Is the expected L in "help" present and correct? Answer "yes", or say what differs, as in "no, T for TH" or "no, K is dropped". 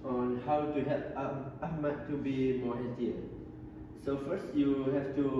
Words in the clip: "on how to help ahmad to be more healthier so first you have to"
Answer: no, L is dropped